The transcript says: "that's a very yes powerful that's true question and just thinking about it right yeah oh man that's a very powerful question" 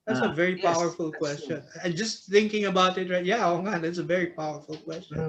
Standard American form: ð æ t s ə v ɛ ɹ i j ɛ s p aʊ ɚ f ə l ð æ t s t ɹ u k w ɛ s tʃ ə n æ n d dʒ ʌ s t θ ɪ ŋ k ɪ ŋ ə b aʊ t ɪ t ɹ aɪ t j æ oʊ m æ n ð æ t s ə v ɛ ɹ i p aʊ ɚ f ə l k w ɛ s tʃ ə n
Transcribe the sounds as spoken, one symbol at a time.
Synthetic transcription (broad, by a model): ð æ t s ə v ɛ ɹ i p aʊ ɚ f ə l k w ɛ s tʃ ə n n dʒ ʌ s θ ɪ ŋ k ɪ ŋ ə b aʊ t ɪ t ɹ aɪ t j æ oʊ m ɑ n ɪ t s ə v ɛ ɹ i p aʊ ɚ f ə l k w ɛ s tʃ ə n